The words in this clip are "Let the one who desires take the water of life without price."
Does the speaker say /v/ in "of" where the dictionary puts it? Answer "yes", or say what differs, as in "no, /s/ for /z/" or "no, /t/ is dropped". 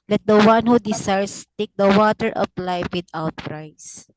no, /p/ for /v/